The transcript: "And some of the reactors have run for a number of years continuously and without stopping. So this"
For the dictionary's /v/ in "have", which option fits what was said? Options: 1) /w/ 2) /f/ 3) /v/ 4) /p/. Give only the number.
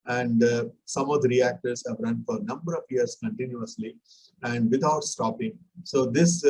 3